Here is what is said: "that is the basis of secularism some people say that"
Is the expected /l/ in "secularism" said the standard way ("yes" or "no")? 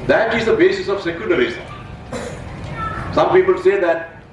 no